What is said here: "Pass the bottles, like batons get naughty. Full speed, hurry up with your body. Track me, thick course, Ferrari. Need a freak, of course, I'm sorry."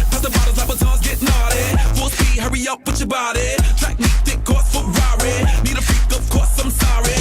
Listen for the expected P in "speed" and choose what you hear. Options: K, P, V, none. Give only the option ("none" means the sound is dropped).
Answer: none